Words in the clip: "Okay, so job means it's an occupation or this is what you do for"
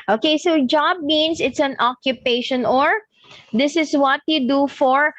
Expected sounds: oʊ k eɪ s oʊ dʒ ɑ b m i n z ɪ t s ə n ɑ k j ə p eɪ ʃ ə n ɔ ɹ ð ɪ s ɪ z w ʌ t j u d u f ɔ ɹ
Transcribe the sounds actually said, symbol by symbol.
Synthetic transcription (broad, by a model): oʊ k eɪ s oʊ dʒ ɑ b m i n s ɪ t s ə n ɑ k j ə p eɪ ʃ ə n ɔ ɹ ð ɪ s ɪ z w ʌ t j u d u f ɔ ɹ